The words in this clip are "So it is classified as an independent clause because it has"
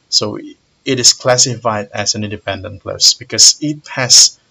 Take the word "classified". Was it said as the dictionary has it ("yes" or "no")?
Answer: yes